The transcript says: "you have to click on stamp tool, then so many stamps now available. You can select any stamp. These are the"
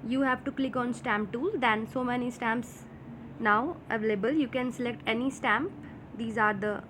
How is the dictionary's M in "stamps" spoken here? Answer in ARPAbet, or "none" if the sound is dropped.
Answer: M